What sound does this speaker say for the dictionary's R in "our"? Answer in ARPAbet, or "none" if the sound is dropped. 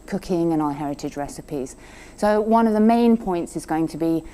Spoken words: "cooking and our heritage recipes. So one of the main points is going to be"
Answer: L